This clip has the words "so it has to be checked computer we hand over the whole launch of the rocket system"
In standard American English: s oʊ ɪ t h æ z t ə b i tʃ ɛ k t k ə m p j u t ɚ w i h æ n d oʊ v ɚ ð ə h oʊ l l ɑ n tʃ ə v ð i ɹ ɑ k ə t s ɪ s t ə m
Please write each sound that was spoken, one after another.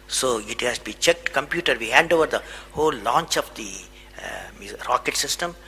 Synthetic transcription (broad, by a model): s oʊ ɪ t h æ s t b i tʃ ɛ k t k ə m p j u t ɚ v i h æ n d oʊ v ɚ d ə h oʊ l l ɑ n tʃ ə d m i ɹ ɑ k ə t s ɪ s t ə m